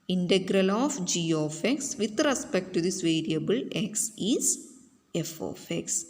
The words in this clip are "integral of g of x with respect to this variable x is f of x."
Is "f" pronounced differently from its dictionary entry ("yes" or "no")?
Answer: no